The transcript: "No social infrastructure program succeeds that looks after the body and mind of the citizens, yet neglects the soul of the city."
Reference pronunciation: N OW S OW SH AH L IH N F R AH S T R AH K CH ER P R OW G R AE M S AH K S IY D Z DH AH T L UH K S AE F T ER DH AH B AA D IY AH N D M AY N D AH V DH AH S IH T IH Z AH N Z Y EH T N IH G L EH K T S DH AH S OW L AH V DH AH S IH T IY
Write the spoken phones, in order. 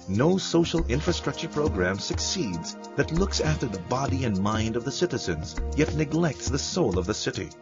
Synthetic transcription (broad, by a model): N OW S OW SH AH L IH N F R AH S T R AH K CH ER P R OW G R AE M S AH K S IY D Z DH AH T L UH K S AE F T ER DH AH B AA D IY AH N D M AY N D AH V DH AH S IH T IH Z AH N Z Y EH T N IH G L EH K T S DH AH S OW L AH V DH AH S IH T IY